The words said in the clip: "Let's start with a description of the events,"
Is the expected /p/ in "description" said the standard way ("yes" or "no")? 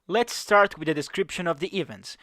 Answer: yes